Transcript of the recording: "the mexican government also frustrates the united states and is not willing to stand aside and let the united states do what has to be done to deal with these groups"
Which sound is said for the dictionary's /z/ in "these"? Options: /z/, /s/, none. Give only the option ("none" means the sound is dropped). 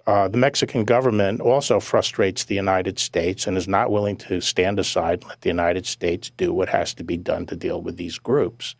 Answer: /z/